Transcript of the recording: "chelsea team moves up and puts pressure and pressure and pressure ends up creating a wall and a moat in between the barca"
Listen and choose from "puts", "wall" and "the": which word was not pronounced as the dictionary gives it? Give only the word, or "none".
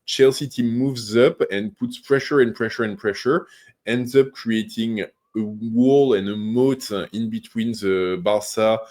none